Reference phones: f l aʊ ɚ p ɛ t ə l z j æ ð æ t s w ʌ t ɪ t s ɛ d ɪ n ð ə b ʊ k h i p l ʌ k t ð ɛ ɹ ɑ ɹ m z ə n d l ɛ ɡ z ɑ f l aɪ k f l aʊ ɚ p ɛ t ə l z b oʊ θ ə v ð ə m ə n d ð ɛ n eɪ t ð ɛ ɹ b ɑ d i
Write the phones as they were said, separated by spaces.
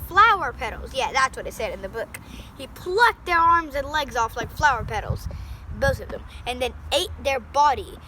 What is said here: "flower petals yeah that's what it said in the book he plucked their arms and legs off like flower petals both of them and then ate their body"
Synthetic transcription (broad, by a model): f l aʊ ɚ p ɛ t l z j æ ð æ t s w ʌ t ɪ t s ɛ d ɪ n ð ə b ʊ k h i p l ʌ k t ð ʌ ɹ ɑ ɹ m z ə n l ɛ ɡ z ɑ f l aɪ k f l aʊ ɚ p ɛ t l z b oʊ θ ə v ð ə m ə n ð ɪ n eɪ t ð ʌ ɹ b ɑ d i